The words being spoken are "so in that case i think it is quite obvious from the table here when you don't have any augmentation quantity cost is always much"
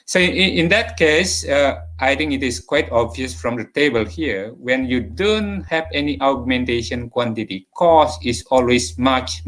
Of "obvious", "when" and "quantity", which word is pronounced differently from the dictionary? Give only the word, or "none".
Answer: none